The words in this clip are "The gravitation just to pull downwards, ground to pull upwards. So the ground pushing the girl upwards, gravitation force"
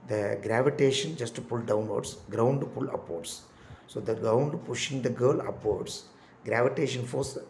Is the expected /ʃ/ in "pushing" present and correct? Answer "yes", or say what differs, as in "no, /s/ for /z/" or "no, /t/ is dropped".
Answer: yes